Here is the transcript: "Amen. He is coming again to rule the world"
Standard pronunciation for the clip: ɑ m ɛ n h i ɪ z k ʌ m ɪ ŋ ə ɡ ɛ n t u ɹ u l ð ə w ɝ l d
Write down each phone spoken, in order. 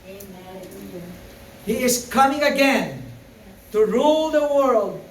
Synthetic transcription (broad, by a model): h i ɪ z k ʌ m ɪ ŋ ə ɡ ɛ n t u ɹ u l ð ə w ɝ l d